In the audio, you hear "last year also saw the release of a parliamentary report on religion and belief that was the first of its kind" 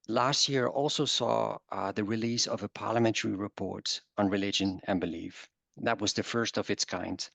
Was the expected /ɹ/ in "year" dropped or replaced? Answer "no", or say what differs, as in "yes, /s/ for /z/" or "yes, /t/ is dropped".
no